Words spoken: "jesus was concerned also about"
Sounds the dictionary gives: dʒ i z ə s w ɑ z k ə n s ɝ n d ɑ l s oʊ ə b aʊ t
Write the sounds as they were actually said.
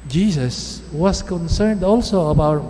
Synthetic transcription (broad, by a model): dʒ i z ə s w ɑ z k ə n s ɝ n d ɑ l s oʊ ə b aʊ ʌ